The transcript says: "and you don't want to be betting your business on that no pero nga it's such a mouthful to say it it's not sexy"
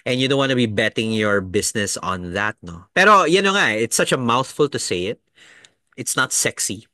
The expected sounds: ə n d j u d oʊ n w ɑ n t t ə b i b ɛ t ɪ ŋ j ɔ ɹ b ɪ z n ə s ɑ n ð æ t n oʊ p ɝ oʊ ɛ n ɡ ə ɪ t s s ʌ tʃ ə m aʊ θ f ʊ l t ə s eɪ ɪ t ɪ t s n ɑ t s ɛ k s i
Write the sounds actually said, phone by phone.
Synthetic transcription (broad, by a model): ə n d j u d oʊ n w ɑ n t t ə b i b ɛ t ɪ ŋ j ɔ ɹ b ɪ s n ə s ɑ n ð æ t n oʊ p ɝ oʊ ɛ n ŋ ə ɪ t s s ʌ tʃ ə m aʊ θ f ʊ l t ə s eɪ ɪ t ɪ t s n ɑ t s ɛ k s i